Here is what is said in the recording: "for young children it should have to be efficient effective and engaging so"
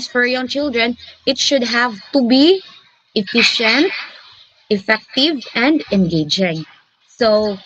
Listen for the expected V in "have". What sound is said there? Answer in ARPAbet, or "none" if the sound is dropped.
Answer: V